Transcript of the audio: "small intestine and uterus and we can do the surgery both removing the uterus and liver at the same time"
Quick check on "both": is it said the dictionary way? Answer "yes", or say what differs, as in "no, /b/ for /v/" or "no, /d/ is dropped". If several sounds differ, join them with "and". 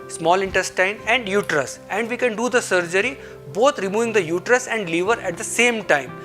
no, /t/ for /θ/